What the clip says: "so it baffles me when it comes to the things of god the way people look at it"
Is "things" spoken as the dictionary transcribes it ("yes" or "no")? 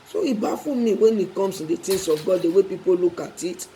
no